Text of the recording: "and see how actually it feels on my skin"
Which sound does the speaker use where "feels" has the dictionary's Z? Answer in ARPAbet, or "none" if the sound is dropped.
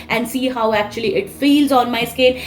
Z